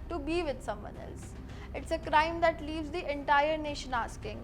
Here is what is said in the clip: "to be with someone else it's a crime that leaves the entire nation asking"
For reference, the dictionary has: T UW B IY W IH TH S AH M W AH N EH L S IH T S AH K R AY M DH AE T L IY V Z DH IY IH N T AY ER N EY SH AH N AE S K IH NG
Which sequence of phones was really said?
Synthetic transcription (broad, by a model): T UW B IY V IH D S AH M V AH N EH L S IH T S AH K R AY M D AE T L IY V Z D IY IH N T AY ER N EY SH AH N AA S K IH NG